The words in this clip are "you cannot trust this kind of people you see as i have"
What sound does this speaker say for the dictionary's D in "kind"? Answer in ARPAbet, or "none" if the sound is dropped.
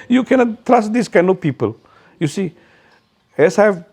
none